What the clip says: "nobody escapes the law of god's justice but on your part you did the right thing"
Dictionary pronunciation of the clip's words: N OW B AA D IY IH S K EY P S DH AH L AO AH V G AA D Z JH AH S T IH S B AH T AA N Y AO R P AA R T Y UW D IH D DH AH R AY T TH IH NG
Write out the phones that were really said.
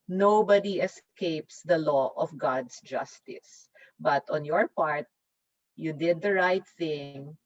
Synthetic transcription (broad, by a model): N OW B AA D IY IH S K EY P S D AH L AO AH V G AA D S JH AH S T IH S B AH T AA N Y AO R P AA R T Y UW D IH D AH R AY T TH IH NG